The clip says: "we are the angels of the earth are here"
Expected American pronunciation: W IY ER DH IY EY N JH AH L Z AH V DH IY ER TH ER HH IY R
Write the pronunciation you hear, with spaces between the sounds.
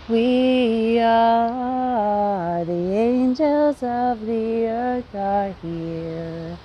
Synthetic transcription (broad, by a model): W IY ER DH IY EY N JH AH L Z AH V DH IY ER TH ER HH IY R